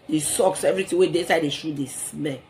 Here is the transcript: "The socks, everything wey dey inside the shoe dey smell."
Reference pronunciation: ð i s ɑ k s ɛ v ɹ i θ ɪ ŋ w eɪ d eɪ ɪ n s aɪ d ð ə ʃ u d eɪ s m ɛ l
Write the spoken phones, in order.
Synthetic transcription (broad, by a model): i s ɑ k s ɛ v ɹ i t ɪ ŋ w eɪ d eɪ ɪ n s aɪ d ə ʃ u d eɪ s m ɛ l